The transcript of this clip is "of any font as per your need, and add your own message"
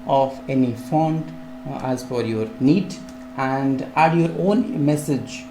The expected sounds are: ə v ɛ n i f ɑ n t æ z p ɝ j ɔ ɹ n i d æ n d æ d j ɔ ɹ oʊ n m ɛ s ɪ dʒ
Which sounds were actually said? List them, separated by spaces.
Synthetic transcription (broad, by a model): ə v ɛ n i f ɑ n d æ z f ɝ j ɔ ɹ n i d æ n d æ d j ɔ ɹ oʊ n m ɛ s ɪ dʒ